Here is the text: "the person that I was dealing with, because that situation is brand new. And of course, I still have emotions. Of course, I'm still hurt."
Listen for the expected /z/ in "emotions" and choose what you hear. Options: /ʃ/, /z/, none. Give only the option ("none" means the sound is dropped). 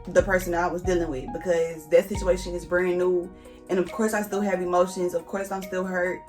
/z/